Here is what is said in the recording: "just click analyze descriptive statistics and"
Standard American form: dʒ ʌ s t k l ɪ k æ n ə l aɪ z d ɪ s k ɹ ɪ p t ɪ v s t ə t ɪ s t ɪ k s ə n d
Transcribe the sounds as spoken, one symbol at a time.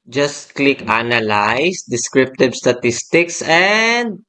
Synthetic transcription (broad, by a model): dʒ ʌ s t k l ɪ k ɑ n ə l aɪ s d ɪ s k ɹ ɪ p t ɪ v s t ə t ɪ s t ɪ k s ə n d